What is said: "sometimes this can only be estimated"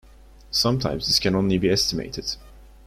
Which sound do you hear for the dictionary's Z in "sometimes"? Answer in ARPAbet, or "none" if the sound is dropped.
Z